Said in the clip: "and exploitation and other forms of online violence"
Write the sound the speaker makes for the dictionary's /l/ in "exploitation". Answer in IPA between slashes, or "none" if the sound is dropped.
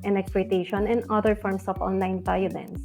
none